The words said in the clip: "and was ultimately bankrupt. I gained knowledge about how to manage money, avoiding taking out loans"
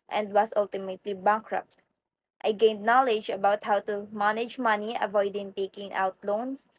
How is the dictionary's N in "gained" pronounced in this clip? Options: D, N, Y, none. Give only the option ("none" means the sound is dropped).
N